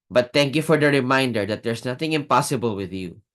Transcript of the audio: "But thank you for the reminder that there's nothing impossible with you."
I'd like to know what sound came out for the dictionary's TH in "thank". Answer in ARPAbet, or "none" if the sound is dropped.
T